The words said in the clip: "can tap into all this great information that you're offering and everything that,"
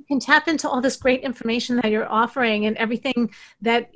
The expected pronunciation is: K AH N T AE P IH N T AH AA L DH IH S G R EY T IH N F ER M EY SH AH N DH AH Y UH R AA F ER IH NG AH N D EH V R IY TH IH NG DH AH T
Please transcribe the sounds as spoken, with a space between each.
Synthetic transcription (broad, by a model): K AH N T AE P IH N T AH AA L DH IH S G R EY T IH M F ER M EY SH N DH AH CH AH R AA F ER IH NG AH N EH V R IY TH IH NG DH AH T